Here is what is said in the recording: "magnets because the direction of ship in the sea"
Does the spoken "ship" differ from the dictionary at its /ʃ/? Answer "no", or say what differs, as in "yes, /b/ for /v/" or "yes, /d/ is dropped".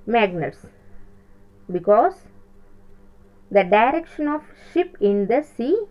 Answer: no